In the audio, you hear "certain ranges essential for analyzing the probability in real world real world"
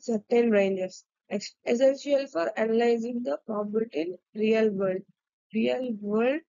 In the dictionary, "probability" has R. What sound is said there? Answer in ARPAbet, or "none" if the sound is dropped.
none